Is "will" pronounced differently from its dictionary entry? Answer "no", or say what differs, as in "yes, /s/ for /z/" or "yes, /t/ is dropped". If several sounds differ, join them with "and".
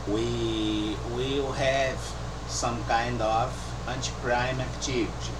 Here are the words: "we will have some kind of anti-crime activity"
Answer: no